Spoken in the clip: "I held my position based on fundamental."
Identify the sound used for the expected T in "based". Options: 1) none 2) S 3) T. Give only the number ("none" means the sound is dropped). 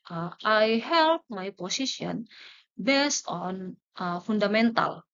3